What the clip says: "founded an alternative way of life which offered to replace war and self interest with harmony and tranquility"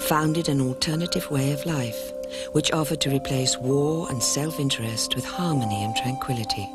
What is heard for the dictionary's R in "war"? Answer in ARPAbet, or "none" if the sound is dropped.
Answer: R